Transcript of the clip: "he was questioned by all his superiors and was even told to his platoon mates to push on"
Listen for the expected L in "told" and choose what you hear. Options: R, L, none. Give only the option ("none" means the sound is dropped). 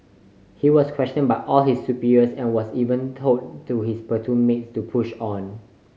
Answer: none